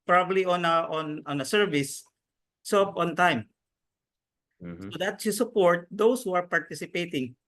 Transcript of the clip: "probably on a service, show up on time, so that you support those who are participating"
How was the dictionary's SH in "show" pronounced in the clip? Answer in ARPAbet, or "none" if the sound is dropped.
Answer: S